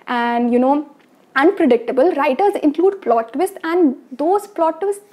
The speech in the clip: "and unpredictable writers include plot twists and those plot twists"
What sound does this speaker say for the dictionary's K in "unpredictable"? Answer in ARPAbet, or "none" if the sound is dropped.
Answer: K